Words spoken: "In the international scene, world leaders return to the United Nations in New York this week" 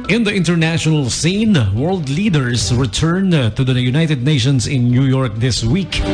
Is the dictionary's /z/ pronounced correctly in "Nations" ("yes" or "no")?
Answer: no